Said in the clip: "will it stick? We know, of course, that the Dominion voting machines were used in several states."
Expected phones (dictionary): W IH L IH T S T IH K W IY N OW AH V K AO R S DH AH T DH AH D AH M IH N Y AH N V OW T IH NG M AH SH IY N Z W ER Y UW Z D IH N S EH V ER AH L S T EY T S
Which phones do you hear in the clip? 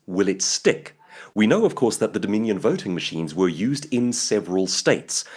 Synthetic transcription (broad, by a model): W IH L IH T S T IH K W IY N OW AH V K AO R S DH AH T DH AH D AH M IH N Y AH N V OW T IH NG M AH SH IY N Z W ER Y UW Z D IH N S EH V ER AH L S T EY T S